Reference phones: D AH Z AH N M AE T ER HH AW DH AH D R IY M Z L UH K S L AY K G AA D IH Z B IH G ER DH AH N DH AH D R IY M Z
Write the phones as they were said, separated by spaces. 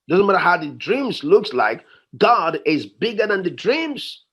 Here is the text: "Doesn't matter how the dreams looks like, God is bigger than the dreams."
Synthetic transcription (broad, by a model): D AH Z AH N M AE T ER HH AW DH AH D R IY M Z L UH K S L AY K G AA D IH Z B IH G ER DH AH N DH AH D R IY M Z